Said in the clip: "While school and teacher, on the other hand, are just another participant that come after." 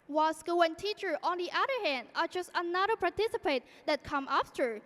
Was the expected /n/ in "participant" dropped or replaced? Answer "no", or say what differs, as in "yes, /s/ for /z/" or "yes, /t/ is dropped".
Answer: yes, /n/ is dropped